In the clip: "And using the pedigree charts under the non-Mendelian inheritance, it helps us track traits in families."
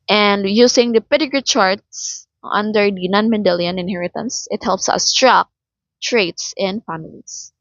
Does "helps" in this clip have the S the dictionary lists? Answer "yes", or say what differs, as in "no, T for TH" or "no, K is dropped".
yes